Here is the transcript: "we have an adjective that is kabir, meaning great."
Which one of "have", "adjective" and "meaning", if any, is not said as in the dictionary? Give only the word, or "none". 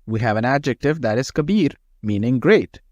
none